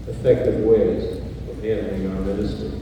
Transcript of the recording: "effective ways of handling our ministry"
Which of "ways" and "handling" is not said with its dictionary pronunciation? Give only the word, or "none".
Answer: handling